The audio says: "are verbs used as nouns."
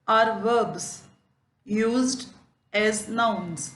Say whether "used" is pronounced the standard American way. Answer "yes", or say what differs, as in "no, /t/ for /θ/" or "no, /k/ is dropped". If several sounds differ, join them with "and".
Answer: yes